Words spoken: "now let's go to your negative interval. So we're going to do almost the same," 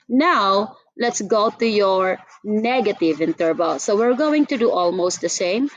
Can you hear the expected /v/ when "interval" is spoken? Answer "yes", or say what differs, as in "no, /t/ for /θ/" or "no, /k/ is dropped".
no, /b/ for /v/